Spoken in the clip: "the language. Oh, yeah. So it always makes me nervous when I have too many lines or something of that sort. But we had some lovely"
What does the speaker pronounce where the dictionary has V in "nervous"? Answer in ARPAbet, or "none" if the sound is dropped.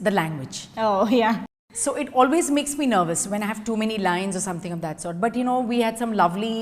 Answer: V